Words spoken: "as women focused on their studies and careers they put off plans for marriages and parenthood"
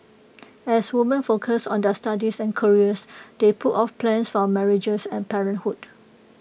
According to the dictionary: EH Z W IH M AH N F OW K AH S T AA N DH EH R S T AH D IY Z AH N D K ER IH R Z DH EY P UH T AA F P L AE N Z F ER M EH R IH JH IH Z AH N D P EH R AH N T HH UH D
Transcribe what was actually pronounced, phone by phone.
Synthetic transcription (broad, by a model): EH S W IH M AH N F OW K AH S AA N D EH S T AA D IY S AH N K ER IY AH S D EY P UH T AA F P L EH N S F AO M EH R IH JH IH S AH N P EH R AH N T HH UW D